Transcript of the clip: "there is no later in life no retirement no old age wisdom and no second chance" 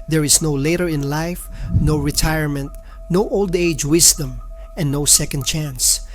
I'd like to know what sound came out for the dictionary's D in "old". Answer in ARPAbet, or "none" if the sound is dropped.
D